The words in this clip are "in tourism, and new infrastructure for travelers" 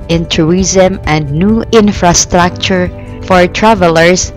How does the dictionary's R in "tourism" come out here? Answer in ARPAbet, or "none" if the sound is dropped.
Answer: none